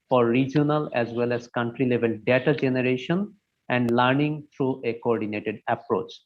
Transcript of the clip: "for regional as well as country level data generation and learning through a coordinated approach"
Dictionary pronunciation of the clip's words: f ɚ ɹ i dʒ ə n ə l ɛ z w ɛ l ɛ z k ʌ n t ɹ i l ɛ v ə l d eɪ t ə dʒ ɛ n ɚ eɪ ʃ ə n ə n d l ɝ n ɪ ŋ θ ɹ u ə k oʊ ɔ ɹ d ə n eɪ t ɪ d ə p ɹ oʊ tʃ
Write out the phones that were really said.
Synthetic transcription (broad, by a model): f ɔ ɹ i dʒ ə n ə l ɛ z w ɛ l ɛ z k ʌ n t ɹ i l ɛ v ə l d eɪ t ə dʒ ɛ n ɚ eɪ ʃ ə n ə n d l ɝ n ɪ ŋ t ɹ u ə k oʊ ɔ ɹ d ə n eɪ t ɪ d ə p ɹ oʊ tʃ